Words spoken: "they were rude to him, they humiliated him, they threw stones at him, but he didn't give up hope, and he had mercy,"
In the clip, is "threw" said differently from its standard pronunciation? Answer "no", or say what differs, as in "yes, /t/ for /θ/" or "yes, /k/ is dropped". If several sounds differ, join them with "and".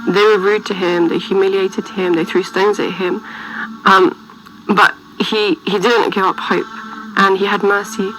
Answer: no